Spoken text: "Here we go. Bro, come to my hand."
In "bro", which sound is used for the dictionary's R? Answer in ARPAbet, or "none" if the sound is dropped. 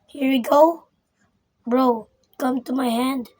R